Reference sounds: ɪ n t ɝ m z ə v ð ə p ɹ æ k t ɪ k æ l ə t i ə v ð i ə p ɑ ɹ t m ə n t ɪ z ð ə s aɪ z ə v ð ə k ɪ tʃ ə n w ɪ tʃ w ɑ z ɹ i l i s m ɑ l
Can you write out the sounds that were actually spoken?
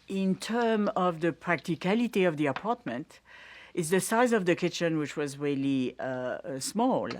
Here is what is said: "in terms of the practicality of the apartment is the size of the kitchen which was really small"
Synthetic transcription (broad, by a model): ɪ n t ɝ m ə v ð ə p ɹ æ k t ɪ k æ l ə t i ə v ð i ə p ɑ ɹ t m ə n t ɪ z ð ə s aɪ z ə v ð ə k ɪ tʃ ə n w ɪ tʃ w ɑ z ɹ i l i s m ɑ l